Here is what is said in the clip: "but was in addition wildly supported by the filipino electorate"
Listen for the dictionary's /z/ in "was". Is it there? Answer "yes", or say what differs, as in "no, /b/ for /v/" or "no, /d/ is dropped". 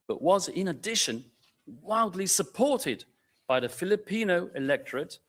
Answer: yes